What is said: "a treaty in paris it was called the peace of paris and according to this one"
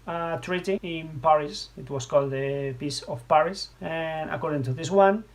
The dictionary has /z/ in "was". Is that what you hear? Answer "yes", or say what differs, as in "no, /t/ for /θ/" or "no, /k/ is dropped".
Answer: no, /s/ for /z/